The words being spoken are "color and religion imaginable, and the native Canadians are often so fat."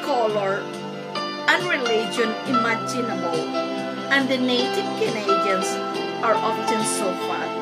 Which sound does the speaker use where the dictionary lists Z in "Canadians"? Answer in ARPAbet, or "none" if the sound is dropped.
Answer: S